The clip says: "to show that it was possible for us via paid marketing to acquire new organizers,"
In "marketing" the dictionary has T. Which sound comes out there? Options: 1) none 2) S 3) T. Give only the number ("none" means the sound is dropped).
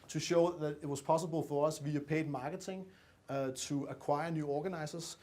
2